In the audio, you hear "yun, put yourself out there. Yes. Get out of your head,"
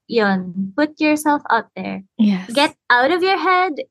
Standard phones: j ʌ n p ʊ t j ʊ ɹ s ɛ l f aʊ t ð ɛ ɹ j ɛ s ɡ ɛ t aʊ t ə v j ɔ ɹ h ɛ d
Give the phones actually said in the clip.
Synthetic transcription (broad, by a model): j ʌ n p ʊ t j ʊ ɹ s ɛ l f aʊ t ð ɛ ɹ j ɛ ɡ ɛ t aʊ t ə v j ɔ ɹ h ɛ d